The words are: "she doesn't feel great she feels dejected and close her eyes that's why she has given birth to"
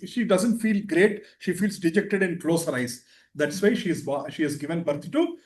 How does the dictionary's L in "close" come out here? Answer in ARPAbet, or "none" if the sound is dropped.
L